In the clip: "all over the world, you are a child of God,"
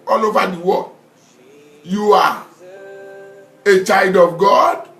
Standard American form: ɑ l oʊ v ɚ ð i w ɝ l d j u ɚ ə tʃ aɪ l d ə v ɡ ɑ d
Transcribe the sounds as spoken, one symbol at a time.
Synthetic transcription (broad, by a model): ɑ l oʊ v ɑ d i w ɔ j u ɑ ə tʃ aɪ l d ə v ɡ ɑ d